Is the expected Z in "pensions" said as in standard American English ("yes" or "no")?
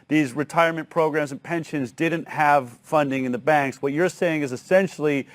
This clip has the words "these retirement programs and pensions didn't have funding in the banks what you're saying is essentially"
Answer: yes